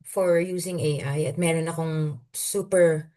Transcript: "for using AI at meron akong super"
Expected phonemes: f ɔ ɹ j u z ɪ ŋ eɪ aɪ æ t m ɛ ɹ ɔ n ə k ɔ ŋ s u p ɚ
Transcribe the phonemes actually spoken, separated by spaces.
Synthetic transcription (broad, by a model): f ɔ ɹ j u s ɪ ŋ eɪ aɪ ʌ t m ɛ ɹ ɔ n ə k ɔ ŋ s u p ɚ